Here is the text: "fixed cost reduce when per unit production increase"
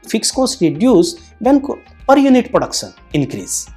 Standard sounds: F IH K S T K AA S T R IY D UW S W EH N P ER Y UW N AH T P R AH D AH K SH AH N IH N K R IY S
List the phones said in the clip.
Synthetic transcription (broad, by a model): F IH K S K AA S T R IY D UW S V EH N P ER Y UW N AH T P R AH D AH K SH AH N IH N K R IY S